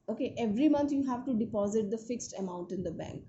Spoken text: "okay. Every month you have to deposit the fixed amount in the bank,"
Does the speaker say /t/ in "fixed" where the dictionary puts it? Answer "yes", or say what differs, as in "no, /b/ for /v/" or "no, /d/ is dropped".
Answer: yes